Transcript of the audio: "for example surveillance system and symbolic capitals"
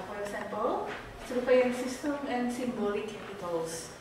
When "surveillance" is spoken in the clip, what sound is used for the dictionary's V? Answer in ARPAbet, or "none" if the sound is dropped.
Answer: F